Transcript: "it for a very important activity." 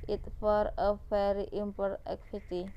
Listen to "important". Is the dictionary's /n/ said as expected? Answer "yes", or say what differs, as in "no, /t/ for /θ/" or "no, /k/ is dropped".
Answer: no, /n/ is dropped